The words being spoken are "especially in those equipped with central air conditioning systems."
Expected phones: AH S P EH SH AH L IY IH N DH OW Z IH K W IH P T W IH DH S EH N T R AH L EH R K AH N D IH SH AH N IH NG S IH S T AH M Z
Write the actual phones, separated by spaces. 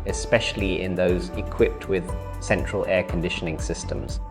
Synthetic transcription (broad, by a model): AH S P EH SH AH L IY IH N DH OW Z IH K W IH P T W IH DH S EH N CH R AH L EH K AH N D IH SH AH N IH NG S IH S T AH M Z